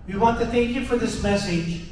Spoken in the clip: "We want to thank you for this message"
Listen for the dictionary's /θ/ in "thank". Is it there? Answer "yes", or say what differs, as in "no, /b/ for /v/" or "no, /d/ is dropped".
yes